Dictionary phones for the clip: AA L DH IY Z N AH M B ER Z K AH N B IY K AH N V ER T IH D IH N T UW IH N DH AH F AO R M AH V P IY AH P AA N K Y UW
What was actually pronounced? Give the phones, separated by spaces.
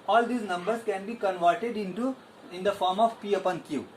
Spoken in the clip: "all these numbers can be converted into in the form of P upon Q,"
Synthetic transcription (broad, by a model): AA L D IY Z N AH M B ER S K AH N B IY K AH N V ER T IH D IH N T UW IH N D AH F AO R M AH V P IY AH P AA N K Y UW